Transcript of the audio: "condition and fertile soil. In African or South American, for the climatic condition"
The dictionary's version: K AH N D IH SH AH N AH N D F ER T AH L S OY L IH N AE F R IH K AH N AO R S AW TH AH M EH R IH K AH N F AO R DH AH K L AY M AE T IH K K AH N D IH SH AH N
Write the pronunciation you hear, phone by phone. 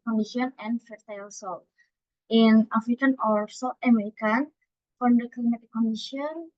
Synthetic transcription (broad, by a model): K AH N D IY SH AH N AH N F ER T AH L S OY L IH N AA F R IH K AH N AO R S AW T AH M EH R IH K AH N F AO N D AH K L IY M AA T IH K K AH N D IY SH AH N